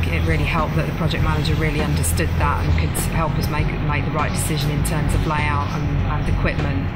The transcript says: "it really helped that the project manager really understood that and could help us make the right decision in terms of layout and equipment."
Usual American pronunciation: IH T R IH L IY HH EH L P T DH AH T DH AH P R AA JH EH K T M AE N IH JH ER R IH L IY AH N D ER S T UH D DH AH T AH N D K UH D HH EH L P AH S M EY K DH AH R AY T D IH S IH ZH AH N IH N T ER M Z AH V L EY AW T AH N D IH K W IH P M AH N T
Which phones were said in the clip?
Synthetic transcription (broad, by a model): IH T R IH L IY HH EH L P DH AH T DH AH P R AA JH EH K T M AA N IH JH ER R IH L IY AH N D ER S T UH D DH AH T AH N K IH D HH EH L P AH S M EY K DH AH R AY T D IH S IH ZH AH N IH N T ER M Z AH V L EY AW T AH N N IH K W IH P M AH N T